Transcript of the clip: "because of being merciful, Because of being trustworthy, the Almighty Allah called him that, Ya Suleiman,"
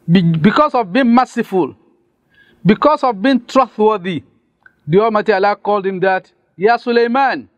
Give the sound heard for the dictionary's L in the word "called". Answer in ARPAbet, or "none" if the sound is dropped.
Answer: L